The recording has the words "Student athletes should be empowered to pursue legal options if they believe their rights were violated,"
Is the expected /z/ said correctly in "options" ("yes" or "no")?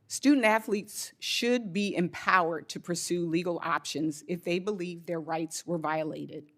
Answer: yes